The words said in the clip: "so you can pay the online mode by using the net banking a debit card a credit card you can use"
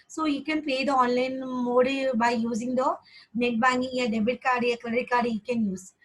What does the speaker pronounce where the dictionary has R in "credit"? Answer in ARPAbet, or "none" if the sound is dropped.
L